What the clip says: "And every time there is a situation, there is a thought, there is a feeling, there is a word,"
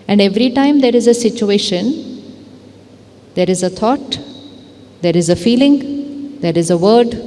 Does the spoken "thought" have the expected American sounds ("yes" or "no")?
no